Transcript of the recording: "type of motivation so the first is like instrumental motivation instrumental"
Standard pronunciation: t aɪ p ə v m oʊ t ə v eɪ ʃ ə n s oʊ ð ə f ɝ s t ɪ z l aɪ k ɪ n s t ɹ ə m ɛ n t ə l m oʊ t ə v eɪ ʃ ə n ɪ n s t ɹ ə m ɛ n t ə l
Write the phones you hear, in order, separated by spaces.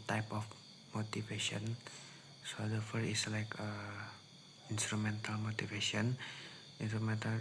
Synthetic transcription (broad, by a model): t aɪ p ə f m oʊ t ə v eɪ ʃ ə n s oʊ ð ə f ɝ t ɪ s l aɪ k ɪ n s t ɹ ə m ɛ n t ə l m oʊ t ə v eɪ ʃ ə n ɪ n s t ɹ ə m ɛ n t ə